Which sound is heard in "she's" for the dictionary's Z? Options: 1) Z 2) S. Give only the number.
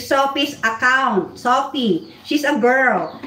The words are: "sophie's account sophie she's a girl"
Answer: 2